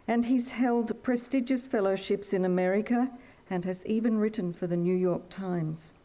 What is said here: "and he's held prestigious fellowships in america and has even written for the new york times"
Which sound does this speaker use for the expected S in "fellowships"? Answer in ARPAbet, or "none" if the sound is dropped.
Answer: S